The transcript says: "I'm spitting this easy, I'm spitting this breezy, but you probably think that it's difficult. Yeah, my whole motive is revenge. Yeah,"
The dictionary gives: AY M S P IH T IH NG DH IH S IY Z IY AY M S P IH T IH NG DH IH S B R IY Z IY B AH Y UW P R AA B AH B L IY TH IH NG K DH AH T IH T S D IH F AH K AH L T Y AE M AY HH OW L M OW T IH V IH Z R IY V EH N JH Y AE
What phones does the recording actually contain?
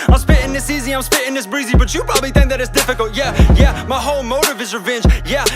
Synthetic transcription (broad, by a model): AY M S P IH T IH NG DH IH S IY Z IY AY M S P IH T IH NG DH IH S B R IY Z IY B AH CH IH P R AA B AH B L IY TH IH NG K DH AH T IH T S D IH F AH K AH L T Y AE M AY HH OW L M OW T IH V IH Z R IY V EH N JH Y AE